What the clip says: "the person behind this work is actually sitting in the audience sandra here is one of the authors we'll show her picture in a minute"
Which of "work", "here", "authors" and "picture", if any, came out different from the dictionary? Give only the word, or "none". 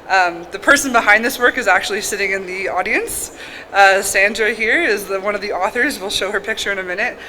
none